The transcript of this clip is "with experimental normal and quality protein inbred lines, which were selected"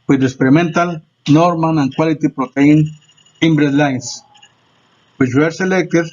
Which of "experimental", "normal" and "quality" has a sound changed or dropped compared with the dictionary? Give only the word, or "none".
normal